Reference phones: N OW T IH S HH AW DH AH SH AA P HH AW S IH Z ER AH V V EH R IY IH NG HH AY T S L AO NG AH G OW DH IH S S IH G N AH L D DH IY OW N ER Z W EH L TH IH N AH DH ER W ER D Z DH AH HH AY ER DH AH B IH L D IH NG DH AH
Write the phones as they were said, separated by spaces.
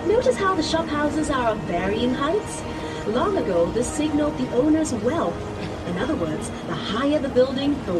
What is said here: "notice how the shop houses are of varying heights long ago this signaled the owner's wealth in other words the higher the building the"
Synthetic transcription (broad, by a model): N OW T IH S HH AW DH AH SH AA P HH AW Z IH Z ER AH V V EH R IY IH NG HH AY T S L AO NG AH G OW DH IH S S IH G N L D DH IY OW N ER Z W EH L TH IH N AH DH ER W ER D Z DH AH HH AY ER DH AH B IH L D IH NG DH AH